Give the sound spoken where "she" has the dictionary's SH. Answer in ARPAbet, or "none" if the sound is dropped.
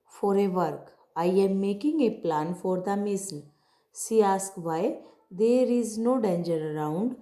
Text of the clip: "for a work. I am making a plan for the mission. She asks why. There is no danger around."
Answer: S